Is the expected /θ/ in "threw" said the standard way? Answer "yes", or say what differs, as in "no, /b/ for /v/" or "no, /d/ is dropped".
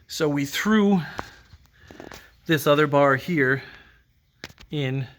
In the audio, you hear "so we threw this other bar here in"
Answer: yes